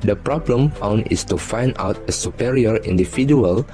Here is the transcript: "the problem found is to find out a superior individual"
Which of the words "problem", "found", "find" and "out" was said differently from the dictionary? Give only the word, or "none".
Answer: found